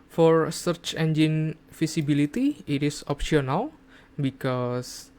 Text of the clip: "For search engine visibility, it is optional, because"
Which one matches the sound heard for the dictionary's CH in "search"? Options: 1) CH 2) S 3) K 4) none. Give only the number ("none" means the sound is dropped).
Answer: 1